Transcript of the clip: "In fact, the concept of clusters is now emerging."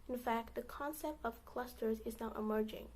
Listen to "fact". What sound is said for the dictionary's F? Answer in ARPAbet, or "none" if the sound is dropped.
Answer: F